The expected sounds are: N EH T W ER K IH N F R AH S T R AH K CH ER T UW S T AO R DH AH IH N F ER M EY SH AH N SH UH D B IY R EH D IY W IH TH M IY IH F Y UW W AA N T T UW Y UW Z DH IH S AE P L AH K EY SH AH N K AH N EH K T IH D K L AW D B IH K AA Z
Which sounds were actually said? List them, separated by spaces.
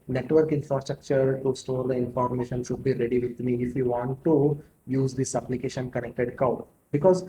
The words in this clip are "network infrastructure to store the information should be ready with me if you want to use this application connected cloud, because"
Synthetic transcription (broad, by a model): N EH T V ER K IH N F R AH S T R AH K CH ER T UW S T AO R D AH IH N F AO M EY SH AH N SH UH D B IY R EH D IY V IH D M IY IH F Y UW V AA N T T UW Y UW Z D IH S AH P L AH K EY SH AH N K AH N EH K T IH D K AW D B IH K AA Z